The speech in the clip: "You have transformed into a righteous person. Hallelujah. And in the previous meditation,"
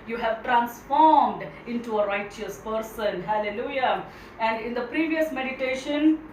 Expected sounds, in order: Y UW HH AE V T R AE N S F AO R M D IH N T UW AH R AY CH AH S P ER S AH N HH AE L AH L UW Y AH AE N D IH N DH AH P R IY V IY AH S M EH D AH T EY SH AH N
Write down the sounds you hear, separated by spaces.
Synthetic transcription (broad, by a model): Y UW HH AE V T R AE N S F AO R M D IH N T UW AH R AY CH AH S P ER S AH N HH AE L AH L UW Y AH AE N D IH N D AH P R IY V IY AH S M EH D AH T EY SH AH N